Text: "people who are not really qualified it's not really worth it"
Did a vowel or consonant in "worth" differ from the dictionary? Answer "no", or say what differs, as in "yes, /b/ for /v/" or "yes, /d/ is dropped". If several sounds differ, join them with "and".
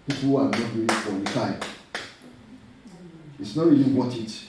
yes, /t/ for /θ/